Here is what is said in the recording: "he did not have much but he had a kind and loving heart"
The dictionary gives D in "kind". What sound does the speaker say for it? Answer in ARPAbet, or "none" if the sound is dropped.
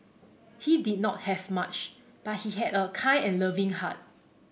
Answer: none